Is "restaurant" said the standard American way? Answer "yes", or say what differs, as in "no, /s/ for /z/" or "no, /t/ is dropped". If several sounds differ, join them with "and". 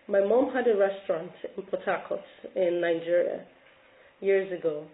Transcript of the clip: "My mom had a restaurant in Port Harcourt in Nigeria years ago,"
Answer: yes